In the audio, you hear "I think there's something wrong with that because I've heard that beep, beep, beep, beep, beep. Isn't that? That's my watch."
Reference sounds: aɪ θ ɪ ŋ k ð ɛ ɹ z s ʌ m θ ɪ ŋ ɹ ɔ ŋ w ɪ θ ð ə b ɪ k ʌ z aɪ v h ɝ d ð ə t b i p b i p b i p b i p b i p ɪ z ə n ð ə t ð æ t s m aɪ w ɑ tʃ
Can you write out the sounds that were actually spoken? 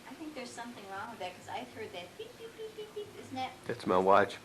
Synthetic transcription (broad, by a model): aɪ θ ɪ ŋ k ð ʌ ɹ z s ʌ m θ ɪ ŋ ɹ ɔ ŋ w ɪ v ð ə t k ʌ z aɪ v h ɝ d ð ə t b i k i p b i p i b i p ɪ z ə n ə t ð æ t s m aɪ w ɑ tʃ